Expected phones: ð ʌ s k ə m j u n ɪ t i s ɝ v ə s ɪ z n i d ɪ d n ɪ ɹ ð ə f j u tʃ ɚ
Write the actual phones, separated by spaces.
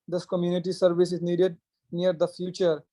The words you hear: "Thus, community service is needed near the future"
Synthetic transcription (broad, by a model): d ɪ s k ə m j u n ɪ t i s ɝ v ə s ɪ z n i d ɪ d n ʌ ɹ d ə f j u tʃ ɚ